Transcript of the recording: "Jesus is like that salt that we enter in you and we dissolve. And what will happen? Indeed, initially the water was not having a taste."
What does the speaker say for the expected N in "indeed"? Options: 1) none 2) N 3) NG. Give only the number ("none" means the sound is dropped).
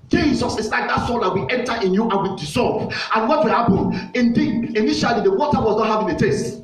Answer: 2